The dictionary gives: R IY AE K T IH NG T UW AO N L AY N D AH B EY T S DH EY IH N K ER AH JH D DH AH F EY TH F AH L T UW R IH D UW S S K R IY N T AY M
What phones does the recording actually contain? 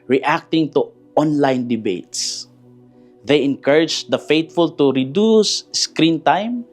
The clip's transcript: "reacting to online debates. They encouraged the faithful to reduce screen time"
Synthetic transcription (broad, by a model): R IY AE K T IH NG T UW AO N L AY N D AH B EY T S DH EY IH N K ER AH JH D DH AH F EY T F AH L T UW R IH D UW S S K R IY N T AY M